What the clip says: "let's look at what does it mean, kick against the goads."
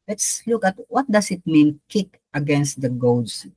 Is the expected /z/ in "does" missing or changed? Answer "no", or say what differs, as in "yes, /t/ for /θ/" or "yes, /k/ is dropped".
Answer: yes, /s/ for /z/